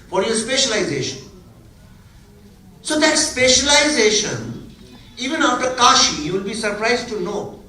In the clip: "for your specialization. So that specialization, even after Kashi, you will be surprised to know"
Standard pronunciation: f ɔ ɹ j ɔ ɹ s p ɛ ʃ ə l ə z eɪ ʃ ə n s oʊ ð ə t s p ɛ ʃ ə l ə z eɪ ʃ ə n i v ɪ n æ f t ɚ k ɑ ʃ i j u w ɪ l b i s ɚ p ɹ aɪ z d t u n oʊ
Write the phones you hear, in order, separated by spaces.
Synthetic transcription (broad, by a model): f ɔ ɹ j ɔ ɹ s p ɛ ʃ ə l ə z eɪ ʃ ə n s oʊ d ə t s p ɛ ʃ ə l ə z eɪ ʃ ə n i v ɪ n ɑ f t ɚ k ɑ ʃ i j u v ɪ l b i s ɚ p ɹ aɪ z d t u n oʊ